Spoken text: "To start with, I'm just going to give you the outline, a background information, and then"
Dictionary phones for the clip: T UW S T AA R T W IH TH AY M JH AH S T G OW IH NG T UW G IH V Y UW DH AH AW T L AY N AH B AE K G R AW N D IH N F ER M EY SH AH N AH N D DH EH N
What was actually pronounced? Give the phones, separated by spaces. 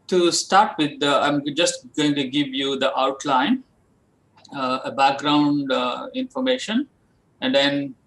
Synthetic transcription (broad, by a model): T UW S T AA R T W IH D AY M JH AH S T G OW IH NG T UW G IH V Y UW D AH AW T L AY N AH B AE K G R AW N D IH N F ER M EY SH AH N AH N D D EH N